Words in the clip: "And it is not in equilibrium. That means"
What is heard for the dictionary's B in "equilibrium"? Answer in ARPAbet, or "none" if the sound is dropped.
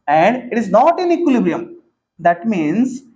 B